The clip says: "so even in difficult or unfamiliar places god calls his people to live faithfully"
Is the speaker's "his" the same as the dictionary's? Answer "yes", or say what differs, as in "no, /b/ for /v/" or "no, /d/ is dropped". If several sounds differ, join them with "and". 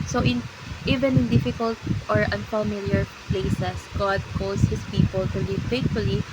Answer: no, /s/ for /z/